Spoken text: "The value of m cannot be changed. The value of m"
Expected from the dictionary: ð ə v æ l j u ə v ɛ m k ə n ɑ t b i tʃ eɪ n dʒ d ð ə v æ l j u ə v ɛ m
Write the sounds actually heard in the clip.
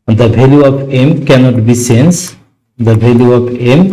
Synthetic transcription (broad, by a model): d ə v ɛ l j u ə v ɛ m k ə n ɑ t b i s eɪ n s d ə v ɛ l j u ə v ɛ m